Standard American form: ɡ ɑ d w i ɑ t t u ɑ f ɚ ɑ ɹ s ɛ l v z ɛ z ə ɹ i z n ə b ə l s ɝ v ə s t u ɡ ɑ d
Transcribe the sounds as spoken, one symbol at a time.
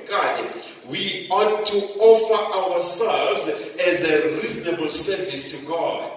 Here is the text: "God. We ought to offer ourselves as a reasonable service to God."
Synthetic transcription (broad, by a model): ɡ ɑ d w i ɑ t t u ɑ f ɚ ɑ w s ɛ l v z ɛ z ə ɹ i z n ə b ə l s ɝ v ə s t u ɡ ɑ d